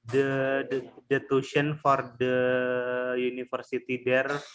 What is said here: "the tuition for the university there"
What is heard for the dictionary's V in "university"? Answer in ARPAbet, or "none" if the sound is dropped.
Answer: F